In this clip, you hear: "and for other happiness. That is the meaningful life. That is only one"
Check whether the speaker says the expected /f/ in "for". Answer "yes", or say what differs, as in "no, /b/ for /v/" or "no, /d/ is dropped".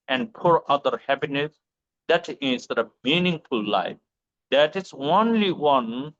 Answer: no, /p/ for /f/